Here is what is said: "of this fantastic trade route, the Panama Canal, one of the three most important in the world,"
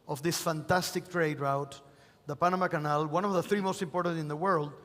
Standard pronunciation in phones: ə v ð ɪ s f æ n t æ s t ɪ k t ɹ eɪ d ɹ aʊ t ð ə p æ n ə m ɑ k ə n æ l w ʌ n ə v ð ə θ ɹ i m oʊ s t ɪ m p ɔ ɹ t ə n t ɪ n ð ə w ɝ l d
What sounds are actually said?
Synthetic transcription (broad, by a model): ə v ð ɪ s f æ n t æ s t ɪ k t ɹ eɪ d ɹ aʊ t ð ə p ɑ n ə m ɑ k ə n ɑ l w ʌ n ə v ð ə θ ɹ i m oʊ s t ɪ m p ɔ ɹ t ə n t ɪ n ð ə w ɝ l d